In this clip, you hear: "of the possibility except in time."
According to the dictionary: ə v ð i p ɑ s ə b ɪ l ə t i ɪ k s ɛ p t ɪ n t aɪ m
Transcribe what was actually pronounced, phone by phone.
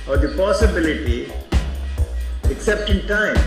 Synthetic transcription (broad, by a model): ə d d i p ɑ s ə b ɪ l ə t i ɪ k s ɛ p t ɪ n t aɪ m